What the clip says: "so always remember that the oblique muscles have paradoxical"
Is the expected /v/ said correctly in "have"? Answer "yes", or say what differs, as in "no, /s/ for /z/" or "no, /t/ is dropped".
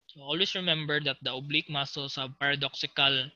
no, /b/ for /v/